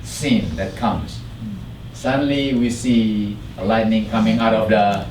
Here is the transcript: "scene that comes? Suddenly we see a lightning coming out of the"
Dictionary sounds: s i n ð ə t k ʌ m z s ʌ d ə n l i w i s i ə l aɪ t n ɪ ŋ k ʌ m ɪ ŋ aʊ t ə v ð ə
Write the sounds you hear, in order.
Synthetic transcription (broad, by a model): s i n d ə t k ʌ m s s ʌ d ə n l i w i s i ə l aɪ t n ɪ ŋ k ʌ m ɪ ŋ aʊ t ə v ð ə